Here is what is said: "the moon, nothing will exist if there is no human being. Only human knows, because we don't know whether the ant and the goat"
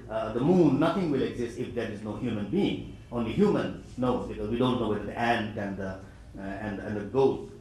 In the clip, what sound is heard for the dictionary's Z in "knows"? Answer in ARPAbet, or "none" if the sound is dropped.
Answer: none